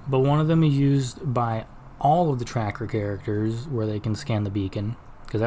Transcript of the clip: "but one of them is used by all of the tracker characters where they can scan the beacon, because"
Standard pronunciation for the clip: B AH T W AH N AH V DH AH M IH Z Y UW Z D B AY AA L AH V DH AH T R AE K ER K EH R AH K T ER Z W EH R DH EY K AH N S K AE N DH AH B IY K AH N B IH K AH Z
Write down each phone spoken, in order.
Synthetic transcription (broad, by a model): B AH T W AH N AH V DH AH M IH Z Y UW Z B AY AA L AH V DH AH T R AE K ER K EH R AH K T ER Z W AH R DH EY K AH N S K AE N DH AH B IY K AH N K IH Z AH